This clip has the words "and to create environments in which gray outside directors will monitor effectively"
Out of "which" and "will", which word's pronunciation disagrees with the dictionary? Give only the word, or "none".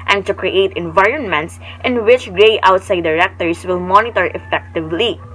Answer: none